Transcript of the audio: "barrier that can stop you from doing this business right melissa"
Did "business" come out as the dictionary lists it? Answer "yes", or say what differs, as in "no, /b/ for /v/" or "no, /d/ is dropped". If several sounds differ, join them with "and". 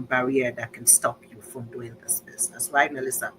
no, /s/ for /z/